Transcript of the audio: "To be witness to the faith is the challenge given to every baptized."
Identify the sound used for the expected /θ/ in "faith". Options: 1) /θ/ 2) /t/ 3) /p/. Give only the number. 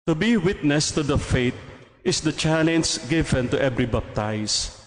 2